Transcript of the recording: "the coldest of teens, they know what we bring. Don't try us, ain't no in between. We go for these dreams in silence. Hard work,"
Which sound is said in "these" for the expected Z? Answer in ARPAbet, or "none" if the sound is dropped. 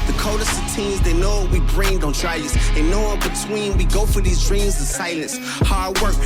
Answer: Z